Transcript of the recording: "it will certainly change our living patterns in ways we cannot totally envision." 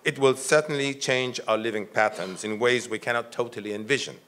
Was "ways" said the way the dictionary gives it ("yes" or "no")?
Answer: yes